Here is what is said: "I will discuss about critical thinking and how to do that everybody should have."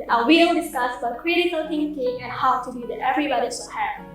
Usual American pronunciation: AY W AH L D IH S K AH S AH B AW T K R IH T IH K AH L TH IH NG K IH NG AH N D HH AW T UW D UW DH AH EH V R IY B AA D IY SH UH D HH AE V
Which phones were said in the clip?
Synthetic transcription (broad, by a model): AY W AH L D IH S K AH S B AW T K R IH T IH K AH L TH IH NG K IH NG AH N HH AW T UW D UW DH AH EH V R IY B AA D IY S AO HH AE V